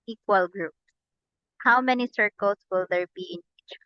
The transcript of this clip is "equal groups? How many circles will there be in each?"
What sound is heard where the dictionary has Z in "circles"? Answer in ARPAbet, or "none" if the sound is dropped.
S